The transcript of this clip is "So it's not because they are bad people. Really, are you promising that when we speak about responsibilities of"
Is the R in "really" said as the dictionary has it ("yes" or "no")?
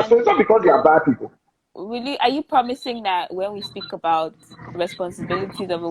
no